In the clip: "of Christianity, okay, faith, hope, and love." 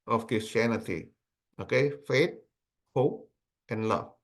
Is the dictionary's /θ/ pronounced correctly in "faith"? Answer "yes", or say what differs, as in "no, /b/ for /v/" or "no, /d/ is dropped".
no, /t/ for /θ/